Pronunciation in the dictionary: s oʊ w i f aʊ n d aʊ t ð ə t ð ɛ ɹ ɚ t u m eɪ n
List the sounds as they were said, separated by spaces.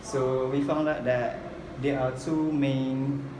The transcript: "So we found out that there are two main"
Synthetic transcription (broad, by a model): s oʊ w i f aʊ n d aʊ t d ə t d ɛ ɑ t u m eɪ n